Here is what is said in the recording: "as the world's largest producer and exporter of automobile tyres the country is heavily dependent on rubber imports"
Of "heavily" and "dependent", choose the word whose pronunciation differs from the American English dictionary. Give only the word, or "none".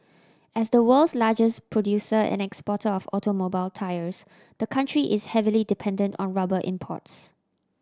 none